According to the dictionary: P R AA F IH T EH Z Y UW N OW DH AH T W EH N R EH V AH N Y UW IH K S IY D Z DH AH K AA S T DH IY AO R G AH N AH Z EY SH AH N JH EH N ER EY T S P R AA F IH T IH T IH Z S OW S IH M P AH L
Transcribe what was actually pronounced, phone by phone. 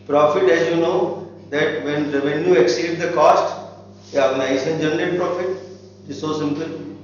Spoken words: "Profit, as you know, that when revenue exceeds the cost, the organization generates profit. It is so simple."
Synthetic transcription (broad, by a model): P R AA F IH T EH Z Y UW N OW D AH T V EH N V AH N Y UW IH K S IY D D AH K AA S T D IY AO R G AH N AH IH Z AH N JH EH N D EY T P R AA F IH T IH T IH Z S OW S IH M P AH L